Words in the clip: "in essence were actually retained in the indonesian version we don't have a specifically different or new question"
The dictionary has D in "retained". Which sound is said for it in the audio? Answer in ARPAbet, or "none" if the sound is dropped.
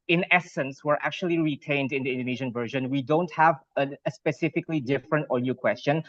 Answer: D